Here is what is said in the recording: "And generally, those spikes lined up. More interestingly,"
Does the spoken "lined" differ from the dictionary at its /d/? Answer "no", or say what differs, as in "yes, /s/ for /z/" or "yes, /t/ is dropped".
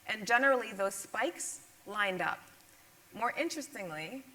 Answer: no